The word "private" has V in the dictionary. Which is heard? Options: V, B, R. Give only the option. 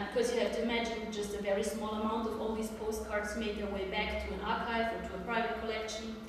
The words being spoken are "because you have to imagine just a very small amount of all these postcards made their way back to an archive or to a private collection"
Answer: V